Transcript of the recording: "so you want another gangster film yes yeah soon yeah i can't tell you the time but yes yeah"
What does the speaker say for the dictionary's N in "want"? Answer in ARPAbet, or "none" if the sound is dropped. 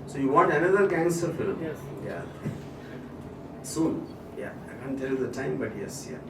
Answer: none